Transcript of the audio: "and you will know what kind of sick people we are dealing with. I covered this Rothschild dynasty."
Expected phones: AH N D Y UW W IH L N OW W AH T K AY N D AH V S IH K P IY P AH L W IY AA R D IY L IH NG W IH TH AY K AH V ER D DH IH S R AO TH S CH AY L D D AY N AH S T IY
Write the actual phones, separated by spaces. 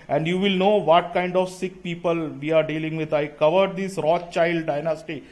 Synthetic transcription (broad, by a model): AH N D Y UW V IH L N OW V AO T K AY N D AH V S IH K P IY P AH L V IY AA R D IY L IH NG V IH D AY K AH V ER D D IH S R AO CH AY L D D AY N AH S T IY